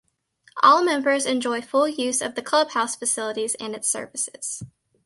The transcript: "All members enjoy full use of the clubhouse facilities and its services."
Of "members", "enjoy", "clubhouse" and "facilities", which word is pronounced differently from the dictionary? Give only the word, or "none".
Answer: none